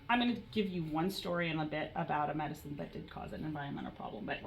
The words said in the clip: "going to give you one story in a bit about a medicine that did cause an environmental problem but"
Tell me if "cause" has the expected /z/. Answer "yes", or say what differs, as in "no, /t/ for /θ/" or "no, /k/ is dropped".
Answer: yes